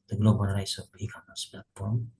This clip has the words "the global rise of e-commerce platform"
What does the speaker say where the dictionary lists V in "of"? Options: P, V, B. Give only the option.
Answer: P